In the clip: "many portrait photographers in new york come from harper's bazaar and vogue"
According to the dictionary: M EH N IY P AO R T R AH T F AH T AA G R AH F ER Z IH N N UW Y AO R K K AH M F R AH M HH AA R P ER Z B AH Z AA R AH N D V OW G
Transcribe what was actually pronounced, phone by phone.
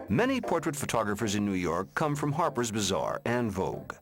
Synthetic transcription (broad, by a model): M EH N IY P AO R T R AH T F AH T AA G R AH F ER Z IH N N UW Y AO R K K AH M F R AH M HH AA R P ER Z B AH Z AA R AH N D V OW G